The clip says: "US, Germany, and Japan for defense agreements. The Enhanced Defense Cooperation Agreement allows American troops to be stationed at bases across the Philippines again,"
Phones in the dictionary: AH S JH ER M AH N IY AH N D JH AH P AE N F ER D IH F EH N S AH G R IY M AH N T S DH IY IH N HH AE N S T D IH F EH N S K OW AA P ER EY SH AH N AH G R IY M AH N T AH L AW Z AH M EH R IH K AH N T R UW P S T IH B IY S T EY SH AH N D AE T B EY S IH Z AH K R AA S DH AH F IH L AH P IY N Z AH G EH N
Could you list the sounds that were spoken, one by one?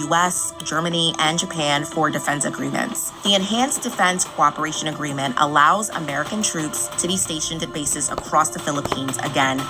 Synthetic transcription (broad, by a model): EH S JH ER M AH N IY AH N JH AH P AE N F ER D IH F EH N S AH G R IY M AH N T S DH IY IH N HH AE N S D IH F EH N S K OW AA P ER EY SH AH N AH G R IY M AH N T AH L AW Z AH M EH R IH K AH N T R UW P S T IH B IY S T EY SH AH N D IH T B EY S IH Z AH K R AA S DH AH F IH L AH P IY N Z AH G EH N